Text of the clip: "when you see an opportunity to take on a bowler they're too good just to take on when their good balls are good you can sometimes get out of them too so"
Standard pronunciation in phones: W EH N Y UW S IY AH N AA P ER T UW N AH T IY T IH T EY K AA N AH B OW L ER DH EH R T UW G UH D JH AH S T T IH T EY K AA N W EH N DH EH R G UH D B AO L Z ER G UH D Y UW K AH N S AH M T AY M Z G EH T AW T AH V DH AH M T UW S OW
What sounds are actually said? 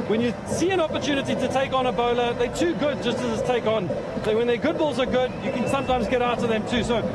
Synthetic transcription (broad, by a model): W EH N Y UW S IY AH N AA P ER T UW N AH T IY T IH T EY K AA N AH B OW L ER DH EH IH T UW G UH D JH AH S T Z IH T EY K N W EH N DH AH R G UH D B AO L Z ER G UH D Y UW K AH N S AH M T AY M Z G EH T AW T AH V DH AH M T UW S OW